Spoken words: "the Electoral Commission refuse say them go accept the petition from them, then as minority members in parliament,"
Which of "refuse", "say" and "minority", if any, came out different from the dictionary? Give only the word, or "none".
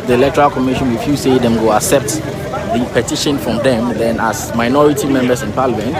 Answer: refuse